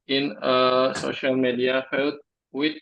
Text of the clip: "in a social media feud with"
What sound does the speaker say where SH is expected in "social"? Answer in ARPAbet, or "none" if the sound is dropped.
SH